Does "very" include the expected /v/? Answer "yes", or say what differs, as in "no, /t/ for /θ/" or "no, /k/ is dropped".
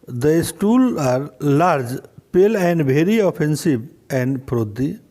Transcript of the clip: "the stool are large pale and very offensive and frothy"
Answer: no, /b/ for /v/